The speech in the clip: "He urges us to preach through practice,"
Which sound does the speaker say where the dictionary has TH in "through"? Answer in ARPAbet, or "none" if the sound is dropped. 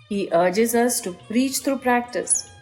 T